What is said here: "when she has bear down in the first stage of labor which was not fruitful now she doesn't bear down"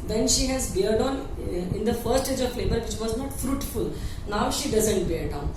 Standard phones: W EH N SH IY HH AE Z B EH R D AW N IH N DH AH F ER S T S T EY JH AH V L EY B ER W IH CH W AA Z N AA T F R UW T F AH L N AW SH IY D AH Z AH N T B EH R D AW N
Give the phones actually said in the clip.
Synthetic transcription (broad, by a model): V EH N SH IY HH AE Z B EH R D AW N IH N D AH F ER T S T EY JH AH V L EY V ER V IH CH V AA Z N AA T F R UW T F AH L N AW SH IY D AH Z AH N T B EH R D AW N